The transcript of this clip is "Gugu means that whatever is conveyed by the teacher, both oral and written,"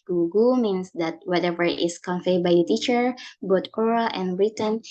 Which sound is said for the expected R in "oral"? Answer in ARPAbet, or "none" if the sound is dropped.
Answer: R